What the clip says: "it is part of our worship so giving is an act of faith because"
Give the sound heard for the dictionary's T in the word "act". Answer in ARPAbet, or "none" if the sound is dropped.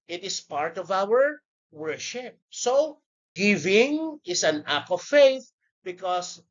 none